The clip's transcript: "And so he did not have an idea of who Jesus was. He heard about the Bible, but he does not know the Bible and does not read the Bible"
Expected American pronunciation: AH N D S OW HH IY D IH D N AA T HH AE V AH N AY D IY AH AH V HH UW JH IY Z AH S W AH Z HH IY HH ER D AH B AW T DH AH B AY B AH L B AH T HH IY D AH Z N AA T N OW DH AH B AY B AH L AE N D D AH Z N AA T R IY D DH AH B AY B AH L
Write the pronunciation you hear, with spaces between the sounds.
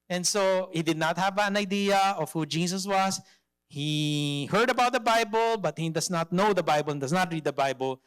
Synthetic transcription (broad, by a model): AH N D S OW HH IY D IH D N AA T HH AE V AH N AY D IY AH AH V HH UW JH IY S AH S W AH S HH IY HH ER D AH B AW T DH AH B AY B AH L B AH T HH IY D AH S N AA T N OW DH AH B AY B AH L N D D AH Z N AA T R IY D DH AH B AY B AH L